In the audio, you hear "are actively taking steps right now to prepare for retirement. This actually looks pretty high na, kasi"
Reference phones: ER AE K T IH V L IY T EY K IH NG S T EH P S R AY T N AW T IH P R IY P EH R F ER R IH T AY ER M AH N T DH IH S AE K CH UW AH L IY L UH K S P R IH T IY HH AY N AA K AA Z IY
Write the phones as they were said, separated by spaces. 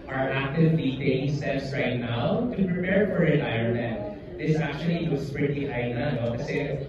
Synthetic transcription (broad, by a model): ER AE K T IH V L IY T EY IH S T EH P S R AY T N AW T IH P R IY P EH R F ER R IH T AY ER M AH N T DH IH S AE K CH UW AH L IY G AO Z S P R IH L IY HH AY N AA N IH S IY